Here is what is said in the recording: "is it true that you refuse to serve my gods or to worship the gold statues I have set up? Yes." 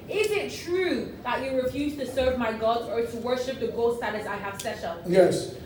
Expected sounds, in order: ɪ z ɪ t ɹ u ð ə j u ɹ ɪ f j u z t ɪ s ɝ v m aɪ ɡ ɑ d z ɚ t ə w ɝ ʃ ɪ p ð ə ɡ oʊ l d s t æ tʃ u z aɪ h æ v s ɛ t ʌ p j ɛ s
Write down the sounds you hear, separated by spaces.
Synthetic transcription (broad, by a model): ɪ z ɪ t ɹ u ð ə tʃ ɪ ɹ ɪ f j u z t ɪ s ɝ v m aɪ ɡ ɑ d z ɚ t ə w ɝ ʃ ɪ p ð ə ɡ oʊ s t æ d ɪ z aɪ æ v s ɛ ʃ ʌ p j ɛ s